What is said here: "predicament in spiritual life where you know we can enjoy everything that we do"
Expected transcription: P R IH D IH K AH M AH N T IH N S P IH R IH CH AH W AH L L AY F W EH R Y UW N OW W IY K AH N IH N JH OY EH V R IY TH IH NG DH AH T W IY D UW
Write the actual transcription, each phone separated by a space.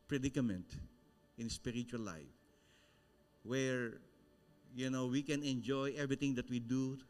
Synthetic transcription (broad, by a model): P R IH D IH K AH M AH N T IH N S P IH R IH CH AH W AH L L AY F W EH R Y UW N OW W IY K AH N IH N JH OY EH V R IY T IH NG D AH T W IY D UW